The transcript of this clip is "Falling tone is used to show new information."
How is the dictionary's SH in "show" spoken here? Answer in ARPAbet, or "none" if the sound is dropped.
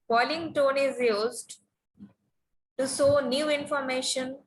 S